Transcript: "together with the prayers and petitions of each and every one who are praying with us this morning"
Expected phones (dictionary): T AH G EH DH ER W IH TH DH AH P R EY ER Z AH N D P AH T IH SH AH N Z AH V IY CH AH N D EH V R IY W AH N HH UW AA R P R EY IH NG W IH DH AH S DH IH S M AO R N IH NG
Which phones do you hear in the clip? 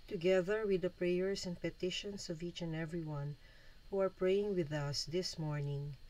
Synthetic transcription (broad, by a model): T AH G EH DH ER W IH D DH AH P R EY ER S AH N D P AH T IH SH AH N S AH V IY CH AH N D EH V R IY W AH N HH UW AA R P R EY IH NG W IH DH AH S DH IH S M AO R N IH NG